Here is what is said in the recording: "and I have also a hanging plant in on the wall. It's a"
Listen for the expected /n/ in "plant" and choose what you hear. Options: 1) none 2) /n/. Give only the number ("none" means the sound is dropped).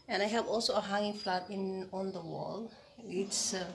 1